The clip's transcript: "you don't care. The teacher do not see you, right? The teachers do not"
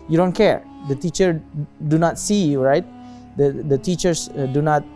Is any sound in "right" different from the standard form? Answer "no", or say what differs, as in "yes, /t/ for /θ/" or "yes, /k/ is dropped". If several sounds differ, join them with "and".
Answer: no